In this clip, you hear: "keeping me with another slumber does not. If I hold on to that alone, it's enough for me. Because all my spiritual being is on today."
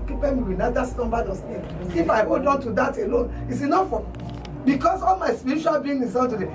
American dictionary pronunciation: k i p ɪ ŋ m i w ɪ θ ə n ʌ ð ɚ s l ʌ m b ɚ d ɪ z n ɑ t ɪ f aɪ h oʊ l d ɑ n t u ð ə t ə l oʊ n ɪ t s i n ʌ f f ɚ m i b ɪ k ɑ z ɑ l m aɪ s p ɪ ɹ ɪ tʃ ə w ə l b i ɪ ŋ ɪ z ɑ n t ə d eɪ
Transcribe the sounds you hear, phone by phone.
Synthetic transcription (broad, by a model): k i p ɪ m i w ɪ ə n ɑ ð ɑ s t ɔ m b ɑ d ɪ s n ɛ ɪ f aɪ h oʊ l d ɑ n t u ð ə t ə l oʊ n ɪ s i n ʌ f f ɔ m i b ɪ k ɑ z ɑ l m aɪ s p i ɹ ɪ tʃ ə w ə l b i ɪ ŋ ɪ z ɑ n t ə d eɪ